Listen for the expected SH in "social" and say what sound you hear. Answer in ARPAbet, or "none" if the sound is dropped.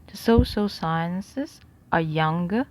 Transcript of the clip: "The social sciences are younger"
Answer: S